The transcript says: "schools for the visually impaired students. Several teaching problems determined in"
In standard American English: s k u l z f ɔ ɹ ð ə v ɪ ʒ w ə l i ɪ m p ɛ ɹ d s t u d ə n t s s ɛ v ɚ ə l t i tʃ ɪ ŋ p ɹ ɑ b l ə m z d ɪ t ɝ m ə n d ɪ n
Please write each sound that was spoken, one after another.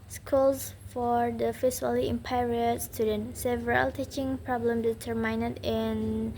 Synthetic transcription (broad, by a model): s k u l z f ɔ ɹ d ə f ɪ s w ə l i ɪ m p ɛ ɹ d s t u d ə n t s s ɛ v ɚ ə l t i tʃ ɪ ŋ p ɹ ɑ b l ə m d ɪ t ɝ m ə n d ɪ n